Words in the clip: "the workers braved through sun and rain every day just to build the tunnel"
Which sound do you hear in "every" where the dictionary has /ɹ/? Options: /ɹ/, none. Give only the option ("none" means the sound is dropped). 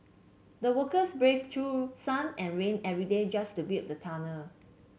/ɹ/